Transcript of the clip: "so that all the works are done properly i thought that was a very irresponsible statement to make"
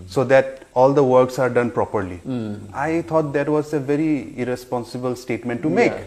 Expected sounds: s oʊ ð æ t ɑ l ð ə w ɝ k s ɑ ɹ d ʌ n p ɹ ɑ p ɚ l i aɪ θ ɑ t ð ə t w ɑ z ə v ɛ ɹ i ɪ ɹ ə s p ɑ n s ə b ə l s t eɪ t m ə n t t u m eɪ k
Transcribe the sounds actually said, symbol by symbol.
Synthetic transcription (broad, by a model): s oʊ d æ t ɑ l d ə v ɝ k s ɑ ɹ d ʌ n p ɹ ɑ p ɚ l i aɪ t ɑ t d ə t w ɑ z ə v ɛ ɹ i ɪ ɹ ə s p ɑ n s ə b ə l s t eɪ t m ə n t t u m eɪ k